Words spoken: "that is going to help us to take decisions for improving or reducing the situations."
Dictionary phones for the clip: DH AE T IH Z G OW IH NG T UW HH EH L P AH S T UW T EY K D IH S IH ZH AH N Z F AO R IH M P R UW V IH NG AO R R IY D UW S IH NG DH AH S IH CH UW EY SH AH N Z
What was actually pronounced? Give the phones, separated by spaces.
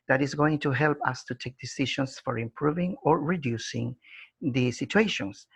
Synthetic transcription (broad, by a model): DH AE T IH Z G OW IH NG T UW HH EH L P AH S T UW T EY K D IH S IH SH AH N S F AO R IH M P R UW V IH NG AO R R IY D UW S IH NG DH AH S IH CH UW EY SH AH N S